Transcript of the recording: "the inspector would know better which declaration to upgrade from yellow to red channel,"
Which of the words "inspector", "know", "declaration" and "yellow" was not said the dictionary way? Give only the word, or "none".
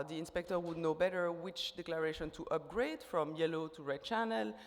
none